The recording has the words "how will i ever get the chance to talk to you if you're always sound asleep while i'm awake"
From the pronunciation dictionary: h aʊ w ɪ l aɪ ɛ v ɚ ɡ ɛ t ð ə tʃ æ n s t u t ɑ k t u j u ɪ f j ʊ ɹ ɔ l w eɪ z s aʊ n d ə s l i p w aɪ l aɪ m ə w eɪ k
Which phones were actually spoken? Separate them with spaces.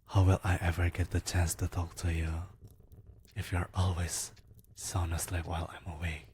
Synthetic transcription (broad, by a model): h aʊ w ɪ l aɪ ɛ v ɚ ɡ ɛ t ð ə tʃ æ n s t u t ɑ k t u j u ɪ f j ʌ ɹ ɔ l w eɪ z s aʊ n ə s l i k w aɪ l aɪ m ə w eɪ